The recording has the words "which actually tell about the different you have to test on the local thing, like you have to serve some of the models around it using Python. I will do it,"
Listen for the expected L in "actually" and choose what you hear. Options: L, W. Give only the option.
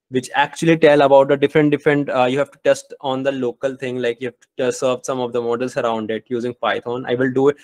L